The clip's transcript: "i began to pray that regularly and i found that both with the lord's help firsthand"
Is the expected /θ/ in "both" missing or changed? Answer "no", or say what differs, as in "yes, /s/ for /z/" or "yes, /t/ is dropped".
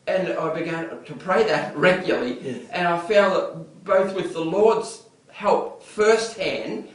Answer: no